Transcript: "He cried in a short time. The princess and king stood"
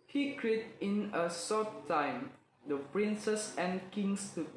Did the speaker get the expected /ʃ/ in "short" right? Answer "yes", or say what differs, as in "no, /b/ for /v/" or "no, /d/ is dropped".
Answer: no, /s/ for /ʃ/